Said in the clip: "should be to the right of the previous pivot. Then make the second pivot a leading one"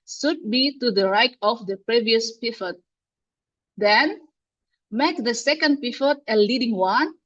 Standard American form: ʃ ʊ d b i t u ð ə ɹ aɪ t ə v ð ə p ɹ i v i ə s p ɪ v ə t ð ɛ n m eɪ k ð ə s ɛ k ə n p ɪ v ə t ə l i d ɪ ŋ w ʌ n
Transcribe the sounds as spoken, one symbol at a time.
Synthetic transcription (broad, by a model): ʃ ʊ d b i t u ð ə ɹ aɪ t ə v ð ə p ɹ i v i ə s p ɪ f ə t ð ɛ n m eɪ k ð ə s ɛ k ə n p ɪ f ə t ə l i d ɪ ŋ w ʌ n